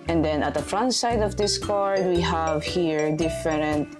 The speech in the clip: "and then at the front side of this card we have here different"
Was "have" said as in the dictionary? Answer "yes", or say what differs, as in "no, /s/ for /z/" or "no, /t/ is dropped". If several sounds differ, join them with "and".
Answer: yes